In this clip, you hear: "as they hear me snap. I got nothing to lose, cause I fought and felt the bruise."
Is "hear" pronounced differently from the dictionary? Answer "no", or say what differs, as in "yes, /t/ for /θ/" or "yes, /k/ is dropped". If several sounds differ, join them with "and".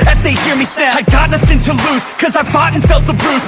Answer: no